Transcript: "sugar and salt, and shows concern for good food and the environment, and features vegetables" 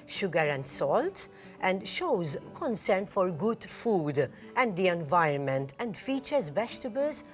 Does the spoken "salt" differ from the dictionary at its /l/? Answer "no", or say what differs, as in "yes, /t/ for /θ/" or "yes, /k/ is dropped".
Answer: no